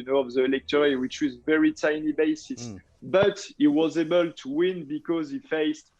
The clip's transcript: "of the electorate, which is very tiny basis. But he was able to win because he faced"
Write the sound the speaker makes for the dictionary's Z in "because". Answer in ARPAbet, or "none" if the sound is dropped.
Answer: Z